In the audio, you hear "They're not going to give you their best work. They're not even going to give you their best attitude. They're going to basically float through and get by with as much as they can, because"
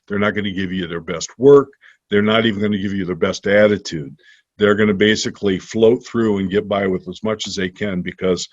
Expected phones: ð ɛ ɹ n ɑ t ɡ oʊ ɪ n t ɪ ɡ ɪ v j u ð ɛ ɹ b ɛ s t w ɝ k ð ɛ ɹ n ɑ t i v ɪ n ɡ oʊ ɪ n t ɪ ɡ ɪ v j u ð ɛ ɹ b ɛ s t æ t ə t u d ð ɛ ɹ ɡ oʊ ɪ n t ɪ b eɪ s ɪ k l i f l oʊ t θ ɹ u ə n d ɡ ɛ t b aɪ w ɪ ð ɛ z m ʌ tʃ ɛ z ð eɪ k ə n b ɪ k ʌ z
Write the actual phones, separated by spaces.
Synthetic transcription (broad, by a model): ð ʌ ɹ n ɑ t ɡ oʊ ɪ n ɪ ɡ ɪ v j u ð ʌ ɹ b ɛ s t w ɝ k ð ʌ ɹ n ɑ t i v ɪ n ɡ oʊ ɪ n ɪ ɡ ɪ v j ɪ ð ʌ ɹ b ɛ s t æ t ə t u d ð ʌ ɹ ɡ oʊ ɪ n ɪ b eɪ s ɪ k l i f l oʊ t θ ɹ u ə n ɡ ɛ t b aɪ w ɪ ð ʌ z m ʌ tʃ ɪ z ð eɪ k ə n b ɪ k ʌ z